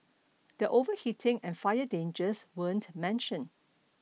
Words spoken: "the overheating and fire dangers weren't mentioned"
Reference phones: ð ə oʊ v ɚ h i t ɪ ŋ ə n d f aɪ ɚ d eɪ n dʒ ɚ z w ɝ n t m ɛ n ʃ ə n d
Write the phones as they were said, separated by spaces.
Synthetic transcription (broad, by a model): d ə oʊ v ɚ h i t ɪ ŋ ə n f aɪ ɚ d eɪ n dʒ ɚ s w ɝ n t m ɛ n ʃ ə n